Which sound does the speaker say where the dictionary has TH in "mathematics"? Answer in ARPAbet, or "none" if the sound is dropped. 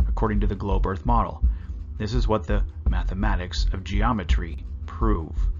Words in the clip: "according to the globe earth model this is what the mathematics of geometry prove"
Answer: TH